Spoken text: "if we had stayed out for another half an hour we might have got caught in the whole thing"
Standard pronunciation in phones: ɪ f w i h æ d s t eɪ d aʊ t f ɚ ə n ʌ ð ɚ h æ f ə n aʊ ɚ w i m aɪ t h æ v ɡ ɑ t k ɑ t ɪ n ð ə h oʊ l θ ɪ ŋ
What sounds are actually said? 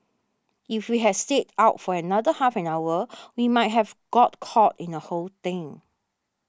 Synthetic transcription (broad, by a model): ɪ f w i h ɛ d s t eɪ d aʊ t f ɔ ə n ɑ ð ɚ h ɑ f ə n aʊ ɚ w i m aɪ t h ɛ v ɡ ɑ t k ɑ t ɪ n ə h oʊ l t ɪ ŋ